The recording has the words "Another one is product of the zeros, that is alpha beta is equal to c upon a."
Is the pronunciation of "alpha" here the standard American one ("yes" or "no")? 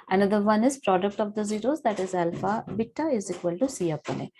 yes